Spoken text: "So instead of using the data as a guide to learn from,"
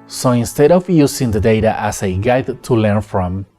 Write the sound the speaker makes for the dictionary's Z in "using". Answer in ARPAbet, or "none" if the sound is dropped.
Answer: S